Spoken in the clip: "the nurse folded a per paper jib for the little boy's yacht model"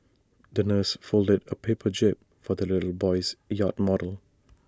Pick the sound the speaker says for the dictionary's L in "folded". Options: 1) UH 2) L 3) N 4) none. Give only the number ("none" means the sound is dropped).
2